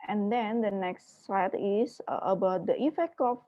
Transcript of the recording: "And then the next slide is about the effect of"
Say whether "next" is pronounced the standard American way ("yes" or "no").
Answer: yes